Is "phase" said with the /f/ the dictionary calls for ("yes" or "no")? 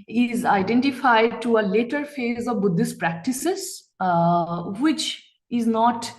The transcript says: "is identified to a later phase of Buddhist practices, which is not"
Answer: yes